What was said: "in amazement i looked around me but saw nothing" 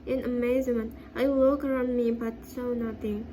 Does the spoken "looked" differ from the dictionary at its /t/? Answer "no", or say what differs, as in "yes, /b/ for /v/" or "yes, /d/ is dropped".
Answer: yes, /t/ is dropped